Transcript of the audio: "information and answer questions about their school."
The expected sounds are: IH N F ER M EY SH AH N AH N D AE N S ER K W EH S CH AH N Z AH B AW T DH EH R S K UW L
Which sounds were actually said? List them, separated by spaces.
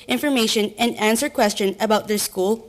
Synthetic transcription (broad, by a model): IH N F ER M EY SH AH N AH N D AE N S ER K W EH S CH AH N AH B AW T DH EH R S K UW L